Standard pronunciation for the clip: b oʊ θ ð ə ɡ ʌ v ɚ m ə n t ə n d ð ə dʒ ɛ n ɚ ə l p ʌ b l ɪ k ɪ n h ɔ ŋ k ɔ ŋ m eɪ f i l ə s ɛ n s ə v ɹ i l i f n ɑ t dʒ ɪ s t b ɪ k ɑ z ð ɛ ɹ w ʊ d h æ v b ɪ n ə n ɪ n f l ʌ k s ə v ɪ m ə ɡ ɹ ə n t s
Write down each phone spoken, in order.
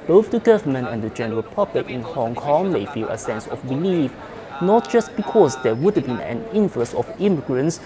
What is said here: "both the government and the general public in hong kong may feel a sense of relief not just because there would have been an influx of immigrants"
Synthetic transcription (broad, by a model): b oʊ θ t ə ɡ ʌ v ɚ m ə n ə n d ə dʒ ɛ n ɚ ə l p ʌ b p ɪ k ɪ n h ɔ ŋ k ɔ ŋ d eɪ f i l ə s ɛ n s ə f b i l i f n ɑ t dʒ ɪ s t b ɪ k ɑ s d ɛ w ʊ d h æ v b ɪ n ə n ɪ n f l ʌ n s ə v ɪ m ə ɡ ɹ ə n s